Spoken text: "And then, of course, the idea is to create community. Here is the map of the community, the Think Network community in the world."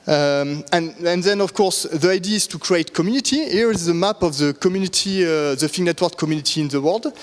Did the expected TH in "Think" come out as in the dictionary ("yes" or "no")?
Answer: no